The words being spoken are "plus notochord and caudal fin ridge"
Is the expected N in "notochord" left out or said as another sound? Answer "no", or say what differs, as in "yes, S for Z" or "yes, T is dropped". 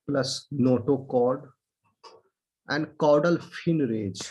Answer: no